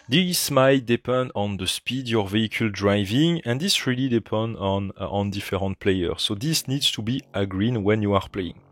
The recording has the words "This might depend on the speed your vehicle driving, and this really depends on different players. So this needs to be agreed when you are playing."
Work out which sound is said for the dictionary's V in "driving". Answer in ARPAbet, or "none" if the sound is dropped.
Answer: V